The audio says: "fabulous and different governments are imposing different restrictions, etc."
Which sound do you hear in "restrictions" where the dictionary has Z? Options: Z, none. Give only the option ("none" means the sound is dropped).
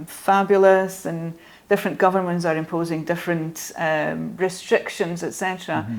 Z